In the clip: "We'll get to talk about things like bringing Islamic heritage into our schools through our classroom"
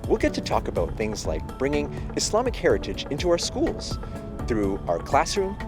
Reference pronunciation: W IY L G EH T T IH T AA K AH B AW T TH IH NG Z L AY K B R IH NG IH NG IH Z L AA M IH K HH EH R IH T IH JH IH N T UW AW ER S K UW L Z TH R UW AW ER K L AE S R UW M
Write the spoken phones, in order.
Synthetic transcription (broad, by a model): W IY L G EH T T IH T AA K AH B AW T TH IH NG Z L AY K B R IH NG IH NG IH S L AA M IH K HH EH R IH T IH JH IH N T UW AW ER S K UW L Z TH R UW AW ER K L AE S R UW M